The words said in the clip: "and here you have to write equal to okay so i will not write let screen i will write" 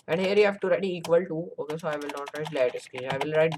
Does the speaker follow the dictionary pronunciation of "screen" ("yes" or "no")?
no